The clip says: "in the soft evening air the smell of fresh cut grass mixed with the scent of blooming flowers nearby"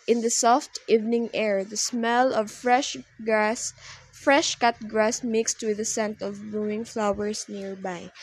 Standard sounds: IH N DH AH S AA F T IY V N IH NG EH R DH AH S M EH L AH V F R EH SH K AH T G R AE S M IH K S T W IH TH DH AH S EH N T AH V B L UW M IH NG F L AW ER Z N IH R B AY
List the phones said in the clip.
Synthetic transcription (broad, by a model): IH N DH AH S AA F T IY V N IH NG EH R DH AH S M EH L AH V F R EH SH K AH T G R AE S M IH K S T W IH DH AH S EH N T AH V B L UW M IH NG F L AW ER S N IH R B AY